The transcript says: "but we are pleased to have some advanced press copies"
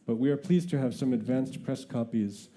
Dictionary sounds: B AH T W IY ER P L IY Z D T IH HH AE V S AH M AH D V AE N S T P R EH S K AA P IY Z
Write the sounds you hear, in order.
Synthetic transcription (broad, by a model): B AH T W IY ER P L IY Z T IH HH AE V S AH M AH D V AE N S T P R EH S K AA P IY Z